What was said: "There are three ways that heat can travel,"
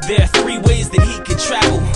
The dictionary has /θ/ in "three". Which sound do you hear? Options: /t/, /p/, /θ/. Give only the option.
/θ/